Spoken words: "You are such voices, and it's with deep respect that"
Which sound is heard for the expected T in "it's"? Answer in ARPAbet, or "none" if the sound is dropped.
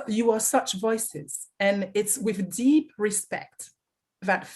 T